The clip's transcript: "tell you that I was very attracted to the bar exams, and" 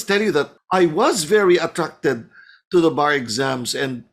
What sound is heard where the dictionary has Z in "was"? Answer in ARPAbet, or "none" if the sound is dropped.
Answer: Z